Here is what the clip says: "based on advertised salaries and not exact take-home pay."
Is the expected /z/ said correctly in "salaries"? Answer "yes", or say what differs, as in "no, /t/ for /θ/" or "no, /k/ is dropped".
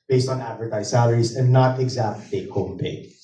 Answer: yes